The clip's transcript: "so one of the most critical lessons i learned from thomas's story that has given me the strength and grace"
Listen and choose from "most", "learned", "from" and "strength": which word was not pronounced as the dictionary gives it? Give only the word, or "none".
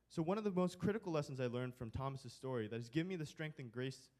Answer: none